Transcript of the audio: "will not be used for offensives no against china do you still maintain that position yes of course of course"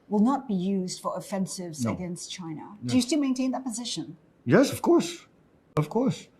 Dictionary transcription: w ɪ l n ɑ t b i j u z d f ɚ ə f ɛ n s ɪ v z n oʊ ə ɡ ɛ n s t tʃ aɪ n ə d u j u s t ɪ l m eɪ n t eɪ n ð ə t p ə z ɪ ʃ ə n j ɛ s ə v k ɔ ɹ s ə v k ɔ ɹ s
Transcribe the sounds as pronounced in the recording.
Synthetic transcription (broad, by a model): w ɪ l n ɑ t b i j u z d f ɚ ə f ɛ n s ɪ v z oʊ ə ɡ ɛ n s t tʃ aɪ n ə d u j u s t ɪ m eɪ n t eɪ n ð ə t p ə z ɪ ʃ ə n j ɛ s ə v k ɔ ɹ s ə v k ɔ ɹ s